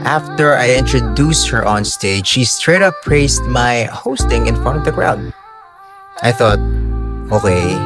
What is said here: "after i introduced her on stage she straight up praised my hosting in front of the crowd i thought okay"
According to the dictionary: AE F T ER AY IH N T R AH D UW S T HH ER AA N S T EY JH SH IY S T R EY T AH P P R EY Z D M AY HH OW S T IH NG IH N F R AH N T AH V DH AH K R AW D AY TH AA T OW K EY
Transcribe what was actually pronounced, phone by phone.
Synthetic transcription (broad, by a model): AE F T ER AY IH N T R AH D UW S T HH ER AA N S T EY JH SH IY S T R EY T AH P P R EY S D M AY HH OW S T IH NG IH N F R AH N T AH V DH AH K R AW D AY TH AA T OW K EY